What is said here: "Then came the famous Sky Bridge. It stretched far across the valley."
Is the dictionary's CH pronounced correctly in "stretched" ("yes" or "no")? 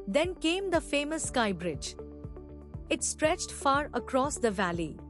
yes